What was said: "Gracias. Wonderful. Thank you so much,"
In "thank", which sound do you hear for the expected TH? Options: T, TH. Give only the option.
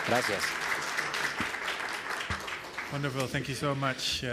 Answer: TH